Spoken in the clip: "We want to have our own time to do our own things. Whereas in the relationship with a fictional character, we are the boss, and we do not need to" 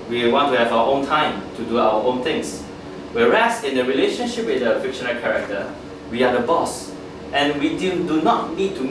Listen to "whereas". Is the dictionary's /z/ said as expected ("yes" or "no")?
no